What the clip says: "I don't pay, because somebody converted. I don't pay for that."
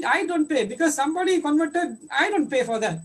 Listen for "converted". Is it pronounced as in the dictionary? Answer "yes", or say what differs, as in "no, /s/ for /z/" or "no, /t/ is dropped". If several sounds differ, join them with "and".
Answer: yes